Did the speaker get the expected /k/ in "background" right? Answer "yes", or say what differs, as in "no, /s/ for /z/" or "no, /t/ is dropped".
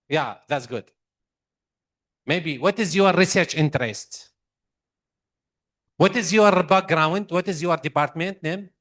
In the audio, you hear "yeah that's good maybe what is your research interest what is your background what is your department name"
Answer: no, /k/ is dropped